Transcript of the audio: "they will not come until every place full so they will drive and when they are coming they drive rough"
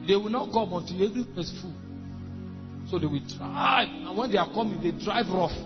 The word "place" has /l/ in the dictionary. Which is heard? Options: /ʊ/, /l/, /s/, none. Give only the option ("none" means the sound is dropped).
none